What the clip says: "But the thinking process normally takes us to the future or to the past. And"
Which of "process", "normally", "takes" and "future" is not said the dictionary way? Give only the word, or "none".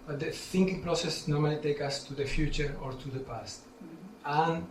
takes